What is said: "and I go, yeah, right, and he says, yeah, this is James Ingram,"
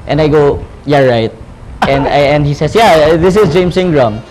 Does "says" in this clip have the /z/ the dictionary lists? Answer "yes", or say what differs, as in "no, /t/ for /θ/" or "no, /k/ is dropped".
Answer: no, /s/ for /z/